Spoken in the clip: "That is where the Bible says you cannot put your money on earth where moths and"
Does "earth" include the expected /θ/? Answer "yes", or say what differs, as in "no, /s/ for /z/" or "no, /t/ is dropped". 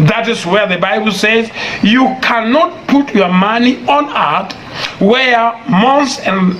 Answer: no, /t/ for /θ/